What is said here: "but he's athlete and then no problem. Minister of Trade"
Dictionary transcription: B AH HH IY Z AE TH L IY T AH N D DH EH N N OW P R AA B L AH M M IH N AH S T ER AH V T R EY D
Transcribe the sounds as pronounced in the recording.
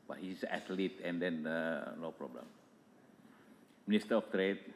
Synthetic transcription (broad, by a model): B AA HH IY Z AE T L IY T AH N D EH N L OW P R AA B L AH M M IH N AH S T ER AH F T R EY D